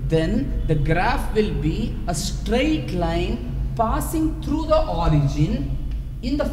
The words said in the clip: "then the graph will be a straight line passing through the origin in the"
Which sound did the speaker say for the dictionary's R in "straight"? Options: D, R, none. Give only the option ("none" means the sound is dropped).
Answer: R